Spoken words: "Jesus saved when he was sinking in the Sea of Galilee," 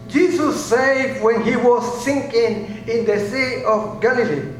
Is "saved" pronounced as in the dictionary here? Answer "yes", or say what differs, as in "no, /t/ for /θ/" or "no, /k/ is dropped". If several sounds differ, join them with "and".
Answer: no, /v/ is dropped